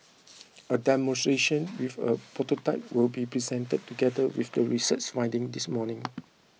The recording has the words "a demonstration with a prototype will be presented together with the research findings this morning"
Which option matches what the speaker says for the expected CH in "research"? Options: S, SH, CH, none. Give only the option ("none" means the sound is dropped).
S